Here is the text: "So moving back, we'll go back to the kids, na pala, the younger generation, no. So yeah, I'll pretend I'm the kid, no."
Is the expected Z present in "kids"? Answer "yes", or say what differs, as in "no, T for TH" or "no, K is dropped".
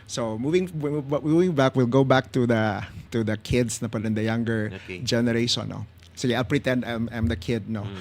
no, S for Z